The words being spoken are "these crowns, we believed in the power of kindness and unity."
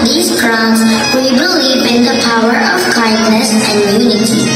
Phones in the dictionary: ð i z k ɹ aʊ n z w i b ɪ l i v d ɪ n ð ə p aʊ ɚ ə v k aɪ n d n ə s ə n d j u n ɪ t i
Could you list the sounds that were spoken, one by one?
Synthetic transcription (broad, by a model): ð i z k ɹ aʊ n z w i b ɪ l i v ɪ n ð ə p aʊ ɚ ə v k aɪ n d n ə s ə n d j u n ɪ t i